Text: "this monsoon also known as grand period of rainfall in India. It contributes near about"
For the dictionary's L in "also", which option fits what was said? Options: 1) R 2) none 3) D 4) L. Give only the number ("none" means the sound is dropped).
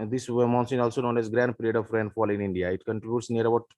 4